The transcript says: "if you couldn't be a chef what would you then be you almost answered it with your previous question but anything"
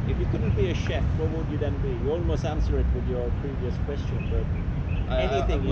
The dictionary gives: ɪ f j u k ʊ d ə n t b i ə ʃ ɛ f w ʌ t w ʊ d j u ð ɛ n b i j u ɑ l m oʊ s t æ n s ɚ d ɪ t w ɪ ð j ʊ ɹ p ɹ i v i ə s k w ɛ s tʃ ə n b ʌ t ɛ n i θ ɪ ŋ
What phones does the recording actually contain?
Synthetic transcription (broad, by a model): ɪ f j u k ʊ d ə n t b i ə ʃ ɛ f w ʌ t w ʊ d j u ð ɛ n b i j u ɑ l m oʊ s t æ n s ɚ ɪ t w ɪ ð j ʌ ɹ p ɹ i v i ə s k w ɛ s tʃ ə n b ʌ t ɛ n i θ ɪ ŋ